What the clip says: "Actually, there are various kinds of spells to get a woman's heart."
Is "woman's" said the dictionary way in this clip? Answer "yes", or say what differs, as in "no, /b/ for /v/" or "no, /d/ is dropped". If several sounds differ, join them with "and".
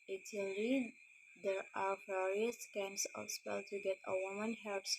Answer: no, /z/ is dropped